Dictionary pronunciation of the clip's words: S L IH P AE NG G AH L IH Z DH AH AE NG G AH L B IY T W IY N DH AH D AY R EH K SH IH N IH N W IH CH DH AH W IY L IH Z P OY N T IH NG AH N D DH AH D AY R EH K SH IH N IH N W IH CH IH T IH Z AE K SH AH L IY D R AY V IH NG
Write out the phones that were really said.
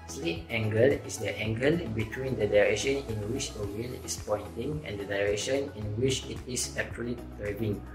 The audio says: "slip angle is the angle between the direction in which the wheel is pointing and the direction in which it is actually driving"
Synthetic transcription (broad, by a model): S L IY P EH NG G AH L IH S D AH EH NG G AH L B IY T W IY N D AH D AY R EH K SH IH N IH N W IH CH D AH W IY L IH S P OY N T IH NG AH N D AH D AY R EH K SH IH N IH N W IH CH IH T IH S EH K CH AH L IY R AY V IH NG